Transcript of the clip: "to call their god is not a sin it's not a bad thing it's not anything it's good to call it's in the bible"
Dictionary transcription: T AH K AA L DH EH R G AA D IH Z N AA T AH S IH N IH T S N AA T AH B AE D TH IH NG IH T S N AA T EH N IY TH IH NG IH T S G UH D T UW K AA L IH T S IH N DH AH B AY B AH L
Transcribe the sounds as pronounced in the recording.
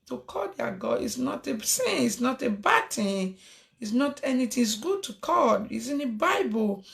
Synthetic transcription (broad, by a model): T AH K AA L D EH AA G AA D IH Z N AA T AH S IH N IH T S N AA T AH B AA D T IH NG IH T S N AA T EH N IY T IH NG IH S G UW D T UW K AA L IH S IH N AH B AY B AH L